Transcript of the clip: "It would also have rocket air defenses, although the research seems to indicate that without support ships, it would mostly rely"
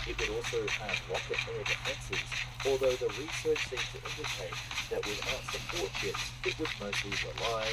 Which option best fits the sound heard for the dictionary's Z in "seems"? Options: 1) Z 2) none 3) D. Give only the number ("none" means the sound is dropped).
2